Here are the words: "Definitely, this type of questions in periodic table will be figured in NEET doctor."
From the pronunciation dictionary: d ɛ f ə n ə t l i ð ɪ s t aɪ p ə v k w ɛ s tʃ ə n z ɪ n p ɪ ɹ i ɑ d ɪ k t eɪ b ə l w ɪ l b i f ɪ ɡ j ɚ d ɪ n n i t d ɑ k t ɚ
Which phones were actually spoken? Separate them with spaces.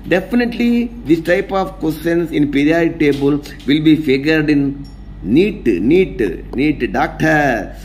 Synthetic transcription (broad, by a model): d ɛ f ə n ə t l i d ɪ s t aɪ p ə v k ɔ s ə n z ɪ n p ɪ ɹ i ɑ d t eɪ b ə l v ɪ l b i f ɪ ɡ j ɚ d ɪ n n i t d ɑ k t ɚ